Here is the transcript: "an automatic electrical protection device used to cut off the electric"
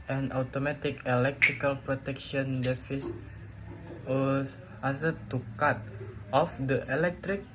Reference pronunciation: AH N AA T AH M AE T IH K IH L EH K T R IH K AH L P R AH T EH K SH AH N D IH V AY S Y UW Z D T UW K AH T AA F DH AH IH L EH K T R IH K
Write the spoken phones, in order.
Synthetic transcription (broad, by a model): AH N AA T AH M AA T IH K IH L EH K T R IH K AH L P R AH T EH K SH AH N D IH F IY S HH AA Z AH T UW K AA T AA F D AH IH L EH K T R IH K